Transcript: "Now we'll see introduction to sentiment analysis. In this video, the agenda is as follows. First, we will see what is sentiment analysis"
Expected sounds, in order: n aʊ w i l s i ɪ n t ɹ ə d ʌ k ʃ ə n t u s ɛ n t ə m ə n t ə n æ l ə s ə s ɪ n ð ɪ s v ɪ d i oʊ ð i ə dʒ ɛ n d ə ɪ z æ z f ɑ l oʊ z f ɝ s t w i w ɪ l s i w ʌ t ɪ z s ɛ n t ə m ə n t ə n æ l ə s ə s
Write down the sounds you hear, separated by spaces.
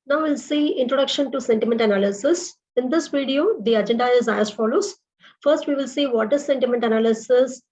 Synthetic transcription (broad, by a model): n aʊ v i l s i ɪ n t ɹ ə d ʌ k ʃ ə n t u s ɛ n t ə m ə n t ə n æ l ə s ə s ɪ n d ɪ s v ɪ d i oʊ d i ə dʒ ɛ n d ə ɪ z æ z f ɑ l oʊ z f ɝ s t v i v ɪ l s i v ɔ t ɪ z s ɛ n t ə m ə n t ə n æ l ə s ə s